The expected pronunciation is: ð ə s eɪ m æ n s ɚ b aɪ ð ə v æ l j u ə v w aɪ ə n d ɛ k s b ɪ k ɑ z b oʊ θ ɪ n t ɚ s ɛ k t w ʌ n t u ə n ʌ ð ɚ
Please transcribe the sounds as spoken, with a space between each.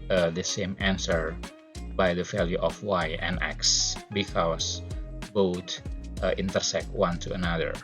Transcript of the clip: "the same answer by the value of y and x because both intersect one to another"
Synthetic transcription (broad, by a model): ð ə s eɪ m æ n s ɚ b aɪ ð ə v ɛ l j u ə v w aɪ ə n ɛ k s b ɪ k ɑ s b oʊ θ ɪ n t ɚ s ɛ k t w ʌ n t u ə n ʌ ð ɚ